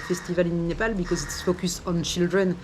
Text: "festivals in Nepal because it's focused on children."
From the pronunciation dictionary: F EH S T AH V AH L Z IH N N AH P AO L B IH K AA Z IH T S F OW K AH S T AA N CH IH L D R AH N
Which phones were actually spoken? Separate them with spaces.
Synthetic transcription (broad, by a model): F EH S T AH V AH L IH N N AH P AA L B IH K AA Z IH T S F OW K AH S AA N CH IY L D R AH N